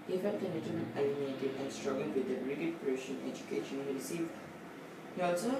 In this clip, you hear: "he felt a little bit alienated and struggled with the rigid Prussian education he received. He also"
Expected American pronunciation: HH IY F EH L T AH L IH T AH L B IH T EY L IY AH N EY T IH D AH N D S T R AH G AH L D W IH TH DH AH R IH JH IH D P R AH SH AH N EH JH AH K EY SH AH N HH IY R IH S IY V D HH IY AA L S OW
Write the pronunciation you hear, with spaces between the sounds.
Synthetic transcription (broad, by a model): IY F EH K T AH N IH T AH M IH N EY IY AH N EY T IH AH N D S T R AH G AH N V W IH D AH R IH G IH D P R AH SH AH N EH JH AH K EY SH AH N HH IY R IH S IY V D HH IY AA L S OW